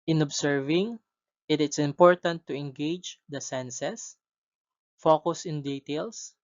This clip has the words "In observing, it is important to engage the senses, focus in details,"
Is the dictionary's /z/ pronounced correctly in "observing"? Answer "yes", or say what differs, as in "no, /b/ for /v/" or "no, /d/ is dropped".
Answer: no, /s/ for /z/